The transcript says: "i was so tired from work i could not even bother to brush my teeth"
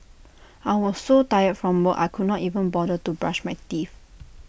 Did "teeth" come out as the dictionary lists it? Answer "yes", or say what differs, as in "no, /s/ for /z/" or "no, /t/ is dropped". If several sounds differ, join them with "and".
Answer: no, /f/ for /θ/